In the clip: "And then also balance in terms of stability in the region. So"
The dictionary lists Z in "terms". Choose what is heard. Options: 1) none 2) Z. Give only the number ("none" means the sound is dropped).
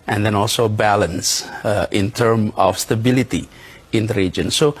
1